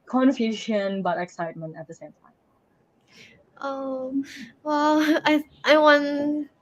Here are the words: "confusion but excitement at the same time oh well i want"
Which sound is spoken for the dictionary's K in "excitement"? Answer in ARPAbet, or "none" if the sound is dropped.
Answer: K